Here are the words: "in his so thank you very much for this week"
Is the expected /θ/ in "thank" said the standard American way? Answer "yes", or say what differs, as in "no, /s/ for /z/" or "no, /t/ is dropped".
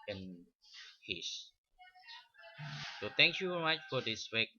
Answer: no, /t/ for /θ/